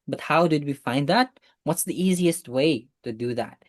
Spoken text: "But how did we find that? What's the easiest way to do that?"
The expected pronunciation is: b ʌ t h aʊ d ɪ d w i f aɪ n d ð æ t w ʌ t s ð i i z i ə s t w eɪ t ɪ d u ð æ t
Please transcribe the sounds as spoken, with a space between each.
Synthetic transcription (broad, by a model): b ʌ t h aʊ d ɪ d w i f aɪ n d ð æ t w ʌ t s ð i i z i ə s t w eɪ t ɪ d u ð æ t